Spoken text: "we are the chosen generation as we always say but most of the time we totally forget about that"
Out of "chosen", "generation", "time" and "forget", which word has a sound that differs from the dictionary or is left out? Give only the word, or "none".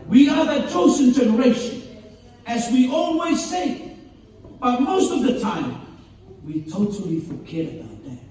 chosen